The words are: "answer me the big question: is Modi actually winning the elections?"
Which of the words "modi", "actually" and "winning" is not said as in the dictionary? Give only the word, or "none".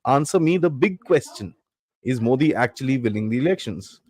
winning